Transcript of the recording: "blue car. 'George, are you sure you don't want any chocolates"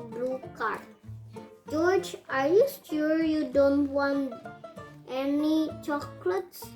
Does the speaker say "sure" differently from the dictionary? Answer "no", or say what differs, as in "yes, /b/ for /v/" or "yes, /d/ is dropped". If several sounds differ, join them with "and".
yes, /s/ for /ʃ/